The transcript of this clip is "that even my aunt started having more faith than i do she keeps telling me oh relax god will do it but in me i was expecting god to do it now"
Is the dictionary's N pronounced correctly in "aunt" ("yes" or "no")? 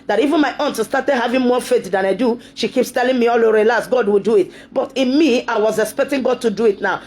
yes